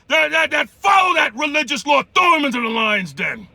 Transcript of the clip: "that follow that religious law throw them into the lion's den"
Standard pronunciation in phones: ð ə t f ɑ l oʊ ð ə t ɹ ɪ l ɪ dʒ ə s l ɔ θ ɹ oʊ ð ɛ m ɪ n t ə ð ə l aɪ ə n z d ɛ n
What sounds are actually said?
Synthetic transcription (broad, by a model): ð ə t f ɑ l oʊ ð ə t ɹ ɪ l ɪ dʒ ə s l ɔ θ oʊ m ɪ n t ə ð ə l aɪ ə n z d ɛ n